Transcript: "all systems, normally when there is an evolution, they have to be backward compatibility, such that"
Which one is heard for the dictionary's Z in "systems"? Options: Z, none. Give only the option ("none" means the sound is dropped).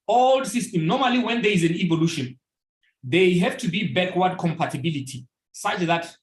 none